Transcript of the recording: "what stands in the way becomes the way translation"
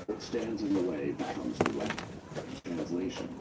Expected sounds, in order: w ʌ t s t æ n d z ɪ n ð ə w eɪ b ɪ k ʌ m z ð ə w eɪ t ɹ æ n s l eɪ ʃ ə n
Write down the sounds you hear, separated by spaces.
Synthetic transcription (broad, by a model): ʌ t s t æ n d z ɪ n ð ə w eɪ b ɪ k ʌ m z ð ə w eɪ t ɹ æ n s l eɪ ʃ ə n